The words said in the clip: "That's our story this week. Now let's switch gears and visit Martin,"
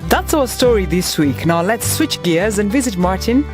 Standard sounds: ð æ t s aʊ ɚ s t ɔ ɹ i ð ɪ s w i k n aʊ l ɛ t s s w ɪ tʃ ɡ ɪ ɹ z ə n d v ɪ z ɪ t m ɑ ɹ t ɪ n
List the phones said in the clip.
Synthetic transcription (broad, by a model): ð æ t s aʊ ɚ s t ɔ ɹ i ð ɪ s w i k n aʊ l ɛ t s s w ɪ tʃ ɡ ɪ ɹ z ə n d v ɪ z ɪ t m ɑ ɹ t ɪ n